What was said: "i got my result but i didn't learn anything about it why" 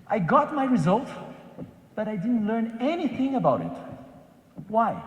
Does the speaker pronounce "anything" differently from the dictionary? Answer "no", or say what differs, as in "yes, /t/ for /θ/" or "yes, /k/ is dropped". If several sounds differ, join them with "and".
no